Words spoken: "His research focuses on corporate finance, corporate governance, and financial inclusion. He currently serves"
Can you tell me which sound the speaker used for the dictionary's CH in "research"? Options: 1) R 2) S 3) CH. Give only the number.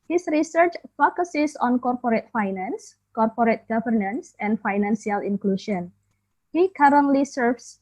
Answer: 3